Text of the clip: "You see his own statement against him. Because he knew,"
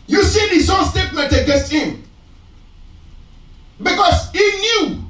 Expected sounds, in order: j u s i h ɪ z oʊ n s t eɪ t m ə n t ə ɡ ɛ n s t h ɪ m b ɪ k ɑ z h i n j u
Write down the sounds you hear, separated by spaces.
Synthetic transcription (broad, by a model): j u s i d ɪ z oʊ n s t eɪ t m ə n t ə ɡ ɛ s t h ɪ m b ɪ k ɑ s h i n j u